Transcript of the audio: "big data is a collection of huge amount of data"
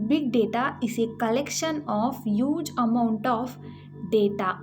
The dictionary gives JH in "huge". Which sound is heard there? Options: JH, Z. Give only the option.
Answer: JH